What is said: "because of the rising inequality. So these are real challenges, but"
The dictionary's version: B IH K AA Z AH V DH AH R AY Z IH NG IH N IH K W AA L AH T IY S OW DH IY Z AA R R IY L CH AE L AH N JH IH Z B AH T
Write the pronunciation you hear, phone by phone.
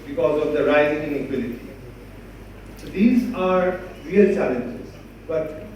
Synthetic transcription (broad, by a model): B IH K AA Z AH V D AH R AY Z IH NG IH L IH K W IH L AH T IY S OW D IY Z AA R R IY L CH AE L AH N JH IH Z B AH T